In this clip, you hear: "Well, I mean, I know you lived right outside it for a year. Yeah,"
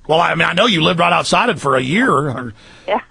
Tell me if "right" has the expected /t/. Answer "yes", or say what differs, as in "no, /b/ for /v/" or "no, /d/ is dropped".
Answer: yes